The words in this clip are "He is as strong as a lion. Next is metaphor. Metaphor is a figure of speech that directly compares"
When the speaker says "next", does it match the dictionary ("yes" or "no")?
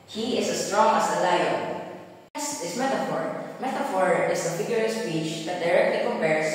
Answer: no